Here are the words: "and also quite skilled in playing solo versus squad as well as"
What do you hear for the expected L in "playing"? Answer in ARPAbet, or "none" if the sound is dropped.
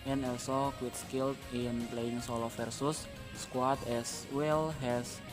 L